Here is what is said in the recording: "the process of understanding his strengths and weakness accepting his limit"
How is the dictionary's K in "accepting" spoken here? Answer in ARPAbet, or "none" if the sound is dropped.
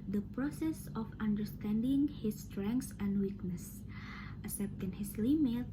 none